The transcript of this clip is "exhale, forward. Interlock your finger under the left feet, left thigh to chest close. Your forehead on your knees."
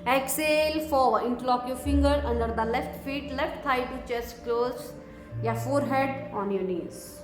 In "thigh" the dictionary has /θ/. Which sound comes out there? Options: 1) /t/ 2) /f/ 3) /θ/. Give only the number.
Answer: 1